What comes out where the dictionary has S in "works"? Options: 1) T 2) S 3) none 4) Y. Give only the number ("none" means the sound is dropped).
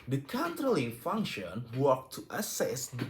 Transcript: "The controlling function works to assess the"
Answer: 3